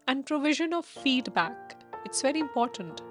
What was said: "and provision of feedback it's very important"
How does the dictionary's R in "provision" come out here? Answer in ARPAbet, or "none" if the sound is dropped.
R